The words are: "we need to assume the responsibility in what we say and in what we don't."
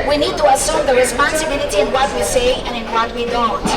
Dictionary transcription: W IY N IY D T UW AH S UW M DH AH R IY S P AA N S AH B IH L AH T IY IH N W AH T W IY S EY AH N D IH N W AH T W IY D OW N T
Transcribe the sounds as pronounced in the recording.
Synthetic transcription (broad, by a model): W IY N IY D T UW AH S UW M DH AH R IY S P AA N S AH B IH L AH T IY IH N W AH T W IY S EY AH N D IH N W AH T W IY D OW N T